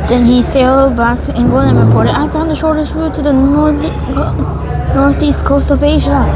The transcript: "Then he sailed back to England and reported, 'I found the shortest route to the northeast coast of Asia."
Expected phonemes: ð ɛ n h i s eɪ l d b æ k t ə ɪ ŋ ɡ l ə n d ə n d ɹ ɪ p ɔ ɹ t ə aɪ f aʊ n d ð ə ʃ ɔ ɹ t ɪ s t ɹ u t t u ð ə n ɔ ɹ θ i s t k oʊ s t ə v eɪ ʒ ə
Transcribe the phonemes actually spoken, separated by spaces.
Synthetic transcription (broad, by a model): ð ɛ n h i s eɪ l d b æ k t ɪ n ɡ ə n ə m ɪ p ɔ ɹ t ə aɪ f aʊ n d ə ʃ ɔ ɹ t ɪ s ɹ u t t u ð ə n ɔ ɹ θ i s t k oʊ s t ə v eɪ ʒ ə